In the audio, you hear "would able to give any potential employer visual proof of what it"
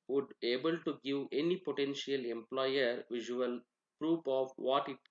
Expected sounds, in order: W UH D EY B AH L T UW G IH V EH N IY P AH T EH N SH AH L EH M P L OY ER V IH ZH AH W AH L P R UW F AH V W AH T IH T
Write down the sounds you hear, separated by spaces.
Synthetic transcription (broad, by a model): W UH D EY B AH L T UW G IH V EH N IY P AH T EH N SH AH L EH M P L OY ER V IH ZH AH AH L P R UW P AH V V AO T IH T